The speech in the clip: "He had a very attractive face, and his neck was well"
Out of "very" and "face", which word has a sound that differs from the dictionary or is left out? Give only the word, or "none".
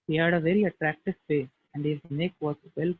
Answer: face